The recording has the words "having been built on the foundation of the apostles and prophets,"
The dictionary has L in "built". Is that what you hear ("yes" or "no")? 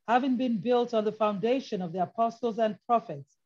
yes